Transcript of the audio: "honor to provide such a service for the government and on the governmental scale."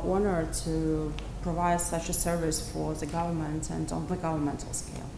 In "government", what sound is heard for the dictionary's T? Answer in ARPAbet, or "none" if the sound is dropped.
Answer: T